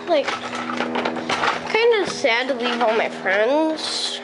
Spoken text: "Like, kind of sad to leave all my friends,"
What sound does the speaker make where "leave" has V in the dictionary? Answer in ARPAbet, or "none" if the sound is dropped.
V